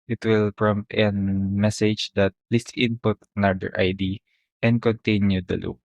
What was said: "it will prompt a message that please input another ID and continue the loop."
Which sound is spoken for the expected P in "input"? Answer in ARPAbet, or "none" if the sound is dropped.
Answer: P